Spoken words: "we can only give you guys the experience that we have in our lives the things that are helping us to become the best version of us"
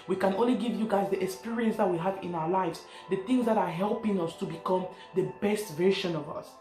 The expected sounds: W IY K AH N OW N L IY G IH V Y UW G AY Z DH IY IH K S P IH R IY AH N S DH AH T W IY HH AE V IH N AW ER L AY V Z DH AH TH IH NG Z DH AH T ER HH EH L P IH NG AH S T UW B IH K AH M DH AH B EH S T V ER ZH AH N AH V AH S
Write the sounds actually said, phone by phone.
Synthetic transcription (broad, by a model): W IY K AH N OW N L IY G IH V Y UW G AY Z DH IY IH K S P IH R IY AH N S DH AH T W IY HH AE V IH N AW ER L AY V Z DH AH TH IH NG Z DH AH T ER HH EH L P IH NG AH S T UW B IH K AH M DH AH B EH S T V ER SH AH N AH V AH S